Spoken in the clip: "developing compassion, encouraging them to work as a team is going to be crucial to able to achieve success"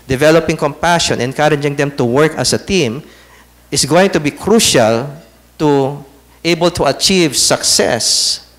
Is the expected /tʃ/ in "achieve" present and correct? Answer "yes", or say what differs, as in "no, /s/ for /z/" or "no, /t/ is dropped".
yes